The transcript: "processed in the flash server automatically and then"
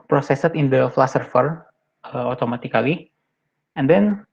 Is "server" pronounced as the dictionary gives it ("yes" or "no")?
no